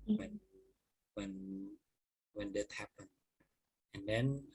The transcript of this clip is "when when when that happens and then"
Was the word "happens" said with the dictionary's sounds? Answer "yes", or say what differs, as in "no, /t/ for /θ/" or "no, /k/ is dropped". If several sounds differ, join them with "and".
no, /z/ is dropped